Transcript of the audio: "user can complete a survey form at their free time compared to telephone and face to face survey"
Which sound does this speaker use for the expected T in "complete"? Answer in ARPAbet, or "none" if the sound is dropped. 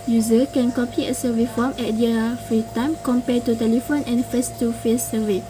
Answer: none